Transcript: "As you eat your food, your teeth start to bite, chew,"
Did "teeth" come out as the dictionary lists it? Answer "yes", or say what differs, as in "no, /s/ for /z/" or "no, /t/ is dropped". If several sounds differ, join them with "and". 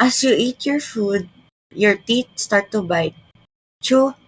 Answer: no, /t/ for /θ/